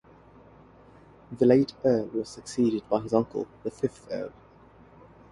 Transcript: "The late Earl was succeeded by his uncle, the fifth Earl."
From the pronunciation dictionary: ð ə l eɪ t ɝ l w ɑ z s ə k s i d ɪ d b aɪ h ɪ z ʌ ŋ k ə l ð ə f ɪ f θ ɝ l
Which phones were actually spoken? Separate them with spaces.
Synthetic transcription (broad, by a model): ð ə l eɪ t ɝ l w ɑ z s ə k s i d ɪ d b aɪ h ɪ z ʌ ŋ k ə l ð ə f ɪ f θ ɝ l